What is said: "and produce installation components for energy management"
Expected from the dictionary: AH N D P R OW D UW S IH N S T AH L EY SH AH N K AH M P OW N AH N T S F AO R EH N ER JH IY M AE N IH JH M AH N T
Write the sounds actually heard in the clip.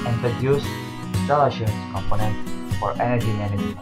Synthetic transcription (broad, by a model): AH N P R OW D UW S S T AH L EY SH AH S K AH M P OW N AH N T F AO R EH N ER JH IY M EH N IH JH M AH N